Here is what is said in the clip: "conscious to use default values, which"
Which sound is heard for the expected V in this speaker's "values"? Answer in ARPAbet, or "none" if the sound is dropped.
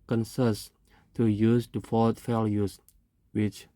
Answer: F